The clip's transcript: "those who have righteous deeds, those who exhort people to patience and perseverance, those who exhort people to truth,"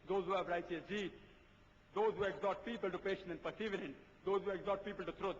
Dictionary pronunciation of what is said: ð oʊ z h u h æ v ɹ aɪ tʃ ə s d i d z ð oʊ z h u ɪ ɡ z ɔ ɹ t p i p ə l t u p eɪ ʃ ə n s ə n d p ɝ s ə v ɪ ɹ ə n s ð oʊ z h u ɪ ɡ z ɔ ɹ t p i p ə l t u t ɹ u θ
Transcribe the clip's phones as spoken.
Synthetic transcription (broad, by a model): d oʊ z h u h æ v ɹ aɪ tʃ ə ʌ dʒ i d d oʊ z h u ɪ ɡ z ɔ ɹ t p i p ə l t u p eɪ ʃ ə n ə n d p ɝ s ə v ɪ ɹ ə n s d oʊ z h u ɪ ɡ z ɔ ɹ t p i p ə l t u t ɹ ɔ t